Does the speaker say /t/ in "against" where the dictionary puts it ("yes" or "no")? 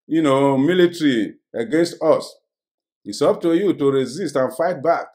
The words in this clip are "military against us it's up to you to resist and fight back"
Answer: yes